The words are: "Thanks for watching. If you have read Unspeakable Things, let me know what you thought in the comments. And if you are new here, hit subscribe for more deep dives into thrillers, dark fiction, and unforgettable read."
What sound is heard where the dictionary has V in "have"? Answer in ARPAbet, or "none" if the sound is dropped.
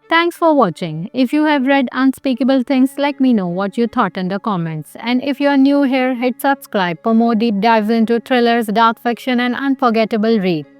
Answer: V